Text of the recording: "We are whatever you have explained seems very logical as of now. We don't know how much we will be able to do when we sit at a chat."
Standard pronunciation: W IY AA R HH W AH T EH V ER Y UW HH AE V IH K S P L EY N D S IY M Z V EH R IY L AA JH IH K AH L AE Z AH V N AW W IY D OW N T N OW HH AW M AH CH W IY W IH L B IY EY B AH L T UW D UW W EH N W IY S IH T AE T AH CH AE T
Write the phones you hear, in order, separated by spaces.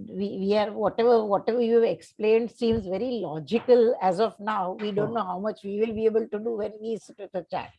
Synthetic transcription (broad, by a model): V IY AA R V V AH T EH V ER Y UW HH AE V IH K S P L EY N D S IY M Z V EH R IY L AA JH IH K AH L AE Z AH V N AW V IY D OW N T N OW HH AW M AH CH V IY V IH L B IY EY B AH L T UW D UW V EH N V IY S IH T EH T AH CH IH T